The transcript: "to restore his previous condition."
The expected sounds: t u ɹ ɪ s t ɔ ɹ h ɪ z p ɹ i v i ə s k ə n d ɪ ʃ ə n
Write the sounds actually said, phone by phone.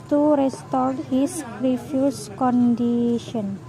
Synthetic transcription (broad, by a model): t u ɹ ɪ s t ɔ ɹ h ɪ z ɹ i f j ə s k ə n d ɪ ʃ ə n